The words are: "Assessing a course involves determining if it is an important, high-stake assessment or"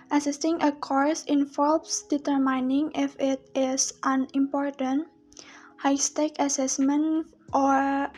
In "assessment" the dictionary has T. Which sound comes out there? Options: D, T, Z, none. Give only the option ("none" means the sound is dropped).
T